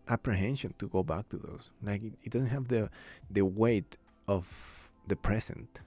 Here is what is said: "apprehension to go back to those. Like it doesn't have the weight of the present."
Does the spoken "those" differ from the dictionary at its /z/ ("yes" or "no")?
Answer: yes